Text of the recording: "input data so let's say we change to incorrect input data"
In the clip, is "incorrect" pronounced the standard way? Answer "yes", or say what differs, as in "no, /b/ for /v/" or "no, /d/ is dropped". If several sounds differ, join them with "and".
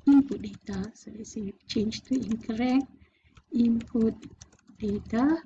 no, /t/ is dropped